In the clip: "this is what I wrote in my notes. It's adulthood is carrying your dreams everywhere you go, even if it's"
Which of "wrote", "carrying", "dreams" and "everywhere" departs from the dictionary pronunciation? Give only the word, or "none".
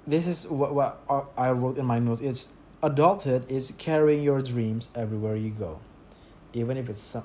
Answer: none